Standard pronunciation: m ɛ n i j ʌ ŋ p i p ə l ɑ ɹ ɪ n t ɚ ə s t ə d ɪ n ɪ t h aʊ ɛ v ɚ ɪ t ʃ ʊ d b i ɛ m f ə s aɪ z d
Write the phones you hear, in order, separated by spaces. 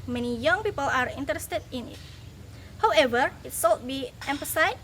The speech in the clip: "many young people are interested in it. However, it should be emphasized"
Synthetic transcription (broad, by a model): m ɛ n i j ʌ ŋ p i p ə l ɑ ɹ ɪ n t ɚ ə s t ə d ɪ n ɪ t h aʊ ɛ v ɚ ɪ t s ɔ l b i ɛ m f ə s aɪ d